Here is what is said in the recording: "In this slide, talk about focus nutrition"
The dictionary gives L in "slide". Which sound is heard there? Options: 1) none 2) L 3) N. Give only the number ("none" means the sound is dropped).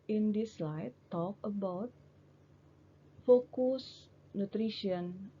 2